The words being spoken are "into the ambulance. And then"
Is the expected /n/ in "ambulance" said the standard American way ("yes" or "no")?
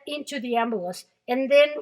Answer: no